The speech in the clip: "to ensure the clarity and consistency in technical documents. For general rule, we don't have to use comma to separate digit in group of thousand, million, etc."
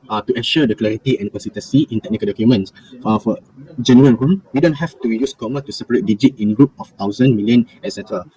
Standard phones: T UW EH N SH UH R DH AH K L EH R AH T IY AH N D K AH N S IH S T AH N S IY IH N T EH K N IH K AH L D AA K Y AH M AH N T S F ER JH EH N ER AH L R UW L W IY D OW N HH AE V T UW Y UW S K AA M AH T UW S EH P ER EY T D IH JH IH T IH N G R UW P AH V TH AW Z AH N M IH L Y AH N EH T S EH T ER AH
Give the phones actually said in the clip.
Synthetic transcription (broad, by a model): T UW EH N SH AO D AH K L EH R AH T IY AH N K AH N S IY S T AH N S IY IH N T EH K N IH K AH L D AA K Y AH M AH N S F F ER JH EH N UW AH N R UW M W IY D OW N HH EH F T UW Y UW S K AA M AH T UW S EH P ER EY T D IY JH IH T IH N G R UW P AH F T AW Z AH N M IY L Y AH N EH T S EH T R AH